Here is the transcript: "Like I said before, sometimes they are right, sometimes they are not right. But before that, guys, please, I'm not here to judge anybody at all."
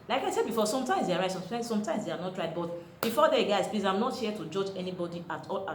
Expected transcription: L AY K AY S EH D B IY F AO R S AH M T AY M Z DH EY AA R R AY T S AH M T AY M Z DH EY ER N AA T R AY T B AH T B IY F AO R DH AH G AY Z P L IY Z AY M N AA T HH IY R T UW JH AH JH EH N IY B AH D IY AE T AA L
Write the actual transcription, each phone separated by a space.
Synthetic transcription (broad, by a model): L AY K AY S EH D B IY F AO S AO M T AY M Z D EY AA R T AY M S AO M T AY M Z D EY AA N AA T R AY T B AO T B IY F AO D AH G AY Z P L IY S AY M N AA T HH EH T UW JH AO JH EH N IY B AH D IY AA T AA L